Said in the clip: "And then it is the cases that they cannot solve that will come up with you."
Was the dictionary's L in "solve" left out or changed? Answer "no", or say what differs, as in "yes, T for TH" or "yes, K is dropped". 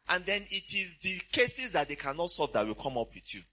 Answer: yes, L is dropped